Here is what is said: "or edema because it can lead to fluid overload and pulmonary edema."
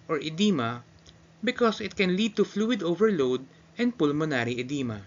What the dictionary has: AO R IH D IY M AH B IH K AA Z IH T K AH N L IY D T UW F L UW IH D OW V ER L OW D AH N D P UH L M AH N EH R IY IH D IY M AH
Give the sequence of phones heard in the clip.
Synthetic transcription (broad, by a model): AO R IH D IY M AH B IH K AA S IH T K AH N L IY D T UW F L UW IH D OW V ER L OW D AH N D P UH L M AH N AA R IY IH D IY M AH